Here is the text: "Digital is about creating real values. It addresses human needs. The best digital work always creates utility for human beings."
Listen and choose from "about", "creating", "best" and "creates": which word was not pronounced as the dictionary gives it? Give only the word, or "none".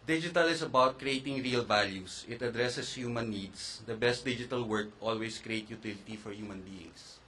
creates